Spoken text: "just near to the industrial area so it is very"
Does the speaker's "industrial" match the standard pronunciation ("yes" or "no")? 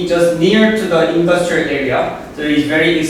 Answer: yes